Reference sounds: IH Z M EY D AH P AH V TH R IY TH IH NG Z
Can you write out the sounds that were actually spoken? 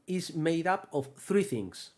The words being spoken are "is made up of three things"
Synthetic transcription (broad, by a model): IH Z M EY D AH P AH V TH R IY TH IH NG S